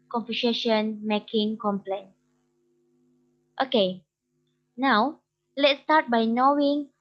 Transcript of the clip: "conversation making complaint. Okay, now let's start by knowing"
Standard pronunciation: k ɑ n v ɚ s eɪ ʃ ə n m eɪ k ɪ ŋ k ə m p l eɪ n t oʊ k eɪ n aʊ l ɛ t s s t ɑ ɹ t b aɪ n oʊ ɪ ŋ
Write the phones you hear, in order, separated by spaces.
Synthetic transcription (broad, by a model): k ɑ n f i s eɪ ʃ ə n m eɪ k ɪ ŋ k ə m p l eɪ n t oʊ k eɪ n aʊ l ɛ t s s t ɑ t b aɪ n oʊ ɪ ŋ